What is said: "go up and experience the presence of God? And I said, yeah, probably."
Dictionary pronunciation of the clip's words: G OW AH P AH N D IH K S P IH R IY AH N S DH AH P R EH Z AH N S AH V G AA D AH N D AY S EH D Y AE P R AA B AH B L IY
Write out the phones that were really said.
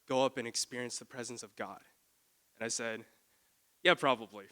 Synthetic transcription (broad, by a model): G OW AH P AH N IH K S P IH R IY AH N S DH AH P R EH Z AH N S AH V G AA D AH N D AY S EH D Y AE P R AA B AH B L IY